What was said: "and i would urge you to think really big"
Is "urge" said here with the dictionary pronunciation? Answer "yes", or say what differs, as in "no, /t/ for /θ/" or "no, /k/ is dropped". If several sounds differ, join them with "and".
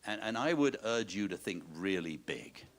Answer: yes